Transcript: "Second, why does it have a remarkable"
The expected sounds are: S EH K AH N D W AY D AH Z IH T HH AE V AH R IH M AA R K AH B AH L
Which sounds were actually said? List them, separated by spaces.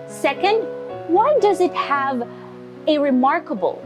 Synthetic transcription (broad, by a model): S EH K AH N D W AY D AH Z IH T HH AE V AH R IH M AA R K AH B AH L